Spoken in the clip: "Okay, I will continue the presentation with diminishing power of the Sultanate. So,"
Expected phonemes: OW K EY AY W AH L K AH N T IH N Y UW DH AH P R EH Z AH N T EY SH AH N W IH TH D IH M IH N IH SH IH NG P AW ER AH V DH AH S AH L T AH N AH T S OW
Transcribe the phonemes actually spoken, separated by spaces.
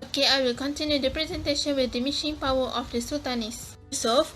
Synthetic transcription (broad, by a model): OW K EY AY W AH L K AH N T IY N Y UW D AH P R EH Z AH N T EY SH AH N W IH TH D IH M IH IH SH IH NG P AW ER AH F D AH S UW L T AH N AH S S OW